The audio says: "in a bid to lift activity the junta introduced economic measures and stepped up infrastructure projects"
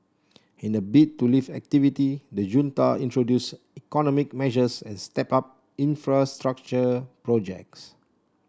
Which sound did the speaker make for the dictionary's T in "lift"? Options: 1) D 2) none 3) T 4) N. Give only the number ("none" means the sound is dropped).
2